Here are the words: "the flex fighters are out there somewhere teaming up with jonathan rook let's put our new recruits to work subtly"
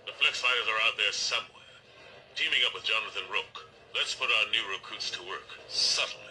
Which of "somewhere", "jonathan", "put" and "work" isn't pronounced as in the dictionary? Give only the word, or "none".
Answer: none